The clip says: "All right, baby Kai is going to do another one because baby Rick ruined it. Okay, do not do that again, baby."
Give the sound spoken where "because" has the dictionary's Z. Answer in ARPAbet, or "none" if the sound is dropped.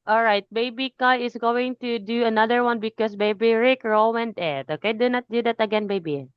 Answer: S